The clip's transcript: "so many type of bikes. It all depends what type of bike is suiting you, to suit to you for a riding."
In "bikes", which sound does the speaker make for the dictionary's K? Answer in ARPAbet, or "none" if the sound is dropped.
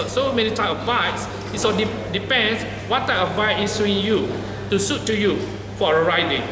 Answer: none